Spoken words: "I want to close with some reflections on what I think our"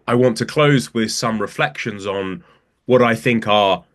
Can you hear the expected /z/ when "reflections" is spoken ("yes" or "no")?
yes